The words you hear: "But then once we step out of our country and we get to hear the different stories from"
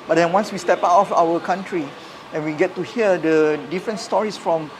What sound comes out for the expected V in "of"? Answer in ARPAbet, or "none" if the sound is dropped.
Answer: F